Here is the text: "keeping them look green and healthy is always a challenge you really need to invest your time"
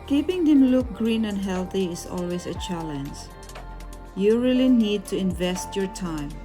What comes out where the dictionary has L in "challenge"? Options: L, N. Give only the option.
L